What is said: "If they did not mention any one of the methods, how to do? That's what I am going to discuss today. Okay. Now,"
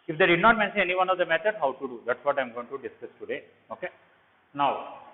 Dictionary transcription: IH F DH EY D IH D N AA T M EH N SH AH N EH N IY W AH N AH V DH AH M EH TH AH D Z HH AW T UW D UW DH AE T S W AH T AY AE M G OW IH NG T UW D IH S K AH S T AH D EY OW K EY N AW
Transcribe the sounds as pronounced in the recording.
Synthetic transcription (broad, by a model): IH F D EY D IH D N AA T M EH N S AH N EH N IY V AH N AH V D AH M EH T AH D HH AW T UW D UW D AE T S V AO T AY M G OW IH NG T UW D IH S K AH S T AH D EY OW K EY N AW